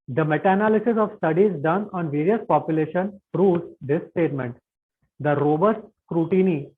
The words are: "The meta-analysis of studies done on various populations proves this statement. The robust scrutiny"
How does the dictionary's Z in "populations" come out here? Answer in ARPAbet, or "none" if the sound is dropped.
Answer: none